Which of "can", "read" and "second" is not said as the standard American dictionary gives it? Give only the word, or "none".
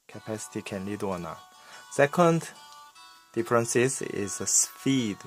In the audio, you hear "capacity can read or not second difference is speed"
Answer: read